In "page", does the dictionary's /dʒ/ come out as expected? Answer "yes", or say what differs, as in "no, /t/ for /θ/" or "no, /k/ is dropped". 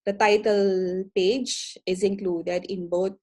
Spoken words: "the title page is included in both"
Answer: yes